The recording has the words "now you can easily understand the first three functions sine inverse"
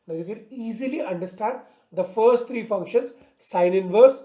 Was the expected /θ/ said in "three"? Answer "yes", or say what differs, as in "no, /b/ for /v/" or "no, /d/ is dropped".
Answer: no, /t/ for /θ/